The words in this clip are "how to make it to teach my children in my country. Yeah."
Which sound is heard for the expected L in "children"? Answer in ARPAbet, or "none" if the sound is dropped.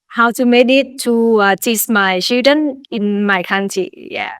none